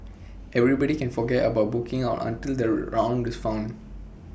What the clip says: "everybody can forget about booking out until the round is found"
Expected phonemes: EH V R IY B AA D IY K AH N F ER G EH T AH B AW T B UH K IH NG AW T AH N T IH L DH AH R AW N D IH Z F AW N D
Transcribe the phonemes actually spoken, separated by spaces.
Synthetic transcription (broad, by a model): EH V R IY B AA D IY K AH N F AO G EH T AH B AW T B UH K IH NG AW T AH N T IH L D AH R AW N D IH S F AW N D